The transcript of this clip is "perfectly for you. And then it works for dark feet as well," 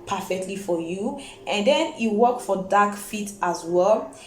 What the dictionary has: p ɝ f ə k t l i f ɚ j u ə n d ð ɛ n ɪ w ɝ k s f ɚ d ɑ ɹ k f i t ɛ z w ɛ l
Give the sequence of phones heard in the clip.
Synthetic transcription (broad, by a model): p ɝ f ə k t l i f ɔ j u ə n d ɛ n ɪ w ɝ k f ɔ d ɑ k f i t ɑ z w ɛ l